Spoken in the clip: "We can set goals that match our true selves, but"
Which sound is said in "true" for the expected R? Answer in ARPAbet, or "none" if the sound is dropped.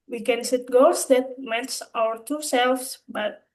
none